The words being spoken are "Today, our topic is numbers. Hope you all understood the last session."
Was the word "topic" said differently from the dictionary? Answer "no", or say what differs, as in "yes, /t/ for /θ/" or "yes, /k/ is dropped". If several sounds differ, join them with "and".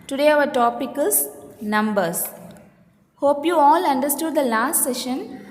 no